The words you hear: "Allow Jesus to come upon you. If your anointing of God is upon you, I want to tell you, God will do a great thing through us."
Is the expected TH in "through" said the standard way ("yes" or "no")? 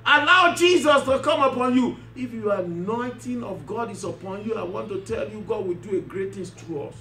no